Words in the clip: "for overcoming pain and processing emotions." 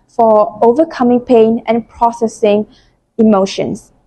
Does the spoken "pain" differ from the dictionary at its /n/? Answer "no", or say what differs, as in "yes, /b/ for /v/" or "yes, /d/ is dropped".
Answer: no